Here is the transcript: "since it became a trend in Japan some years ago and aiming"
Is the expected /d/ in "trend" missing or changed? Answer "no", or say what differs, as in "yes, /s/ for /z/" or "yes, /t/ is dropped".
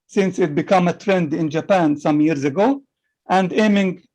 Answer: no